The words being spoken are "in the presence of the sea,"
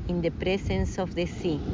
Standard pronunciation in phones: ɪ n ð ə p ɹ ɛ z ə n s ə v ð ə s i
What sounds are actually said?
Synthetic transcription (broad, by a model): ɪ n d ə p ɹ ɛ s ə n s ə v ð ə s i